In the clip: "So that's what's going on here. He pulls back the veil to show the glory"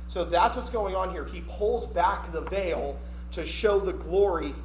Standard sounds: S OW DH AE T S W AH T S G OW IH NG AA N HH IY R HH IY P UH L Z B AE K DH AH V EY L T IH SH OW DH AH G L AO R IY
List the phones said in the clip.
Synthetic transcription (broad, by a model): S OW DH AE T S W AH T S G OW IH NG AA N HH IY R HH IY P UH L Z B AE K DH AH V EY L T IH SH OW DH AH G L AO R IY